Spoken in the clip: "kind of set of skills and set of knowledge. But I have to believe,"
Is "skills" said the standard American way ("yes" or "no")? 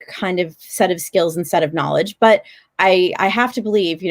yes